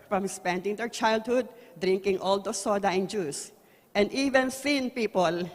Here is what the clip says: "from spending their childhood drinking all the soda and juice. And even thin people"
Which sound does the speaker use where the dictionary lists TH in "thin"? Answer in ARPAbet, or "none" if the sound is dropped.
S